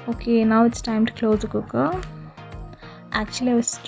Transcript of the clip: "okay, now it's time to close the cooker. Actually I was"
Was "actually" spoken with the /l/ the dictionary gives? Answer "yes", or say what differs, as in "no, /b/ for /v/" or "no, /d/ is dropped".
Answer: no, /l/ is dropped